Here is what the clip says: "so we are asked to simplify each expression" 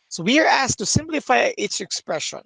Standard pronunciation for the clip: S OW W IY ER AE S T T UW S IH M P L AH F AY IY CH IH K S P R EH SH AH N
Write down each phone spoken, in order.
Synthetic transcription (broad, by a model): S OW W IY ER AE S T T UW S IH M P L AH F AY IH S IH K S P R EH SH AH N